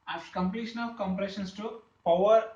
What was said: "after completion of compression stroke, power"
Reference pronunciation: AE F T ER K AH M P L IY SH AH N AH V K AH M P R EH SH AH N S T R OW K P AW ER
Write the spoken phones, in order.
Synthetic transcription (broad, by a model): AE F T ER K AH M P L IY SH AH N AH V K AH M P R EH SH AH N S T UW P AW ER